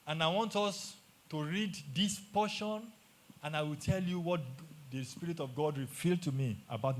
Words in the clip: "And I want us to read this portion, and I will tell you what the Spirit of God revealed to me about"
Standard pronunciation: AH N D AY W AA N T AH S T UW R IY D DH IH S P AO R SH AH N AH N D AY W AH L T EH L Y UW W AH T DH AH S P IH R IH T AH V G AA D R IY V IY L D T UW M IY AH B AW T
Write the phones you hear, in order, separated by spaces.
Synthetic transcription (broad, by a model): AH N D AY W AA N T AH S T UW R IY D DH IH S P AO SH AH N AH N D AY W AH L T EH L Y UW W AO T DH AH S P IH R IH T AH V G AA D R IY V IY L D T UW M IY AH B AW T